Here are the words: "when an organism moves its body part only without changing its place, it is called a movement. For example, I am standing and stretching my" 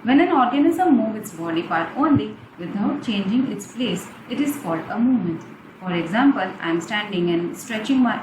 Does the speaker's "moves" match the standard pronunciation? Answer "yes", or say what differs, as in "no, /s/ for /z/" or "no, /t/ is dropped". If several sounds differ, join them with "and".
no, /z/ is dropped